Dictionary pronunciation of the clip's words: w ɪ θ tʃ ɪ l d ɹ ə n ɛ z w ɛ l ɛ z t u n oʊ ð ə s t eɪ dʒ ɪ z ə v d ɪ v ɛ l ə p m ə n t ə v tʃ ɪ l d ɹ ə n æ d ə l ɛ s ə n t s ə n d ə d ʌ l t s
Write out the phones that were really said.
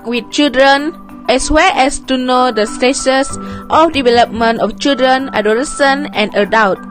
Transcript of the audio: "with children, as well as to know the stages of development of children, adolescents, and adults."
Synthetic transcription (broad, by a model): w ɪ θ tʃ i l d ɹ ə n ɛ s w ɛ l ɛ s t u n oʊ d ə s t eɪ ʃ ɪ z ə f d ɪ v ɛ l ə p m ə n t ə f tʃ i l d ɹ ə n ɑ d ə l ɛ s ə n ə n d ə d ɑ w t